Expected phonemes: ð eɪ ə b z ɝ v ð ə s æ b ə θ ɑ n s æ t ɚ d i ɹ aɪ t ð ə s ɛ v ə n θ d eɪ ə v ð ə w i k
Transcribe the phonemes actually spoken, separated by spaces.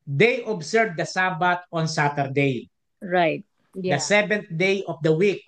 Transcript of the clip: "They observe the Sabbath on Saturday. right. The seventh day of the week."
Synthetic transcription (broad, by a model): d eɪ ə b s ɝ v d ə s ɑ b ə t ɑ n s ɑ t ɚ d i ɹ aɪ t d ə s ɛ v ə n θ d eɪ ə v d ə w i k